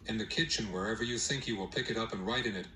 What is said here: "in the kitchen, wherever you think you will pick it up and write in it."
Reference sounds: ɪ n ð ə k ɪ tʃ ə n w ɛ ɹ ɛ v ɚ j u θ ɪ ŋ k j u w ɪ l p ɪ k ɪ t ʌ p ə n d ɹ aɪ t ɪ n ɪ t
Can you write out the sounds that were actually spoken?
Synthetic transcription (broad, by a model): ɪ n ð ə k ɪ tʃ ə n w ɛ ɹ ɛ v ɚ j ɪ θ ɪ ŋ k j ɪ w ɪ l p ɪ k ɪ t ʌ p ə n ɹ aɪ t ɪ n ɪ t